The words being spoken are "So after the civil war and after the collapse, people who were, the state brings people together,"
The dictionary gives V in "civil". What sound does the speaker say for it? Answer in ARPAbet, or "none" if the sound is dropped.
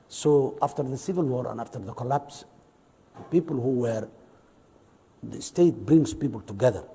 V